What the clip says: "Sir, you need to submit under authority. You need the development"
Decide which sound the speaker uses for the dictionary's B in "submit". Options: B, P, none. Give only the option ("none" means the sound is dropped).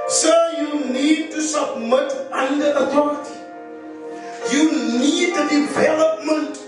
B